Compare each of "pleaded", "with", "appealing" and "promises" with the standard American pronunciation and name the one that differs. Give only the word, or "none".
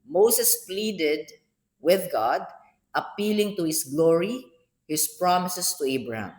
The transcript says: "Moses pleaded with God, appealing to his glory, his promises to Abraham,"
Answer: promises